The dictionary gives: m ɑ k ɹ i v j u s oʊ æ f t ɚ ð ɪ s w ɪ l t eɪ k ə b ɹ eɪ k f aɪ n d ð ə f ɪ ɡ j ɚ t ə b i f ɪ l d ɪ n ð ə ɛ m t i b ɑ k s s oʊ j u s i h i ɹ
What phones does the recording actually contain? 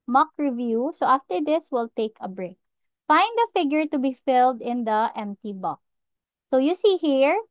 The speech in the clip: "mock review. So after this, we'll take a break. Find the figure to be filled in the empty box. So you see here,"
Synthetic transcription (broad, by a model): m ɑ k ɹ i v j u s oʊ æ f t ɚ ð ɪ s w ɪ l t eɪ k ə b ɹ eɪ k f aɪ n d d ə f ɪ ɡ j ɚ t ə b i f ɪ l d ɪ n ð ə ɛ m t i b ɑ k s s oʊ j u s i h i ɹ